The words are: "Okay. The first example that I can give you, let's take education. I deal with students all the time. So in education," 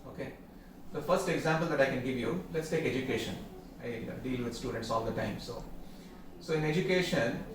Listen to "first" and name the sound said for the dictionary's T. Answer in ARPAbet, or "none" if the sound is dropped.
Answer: T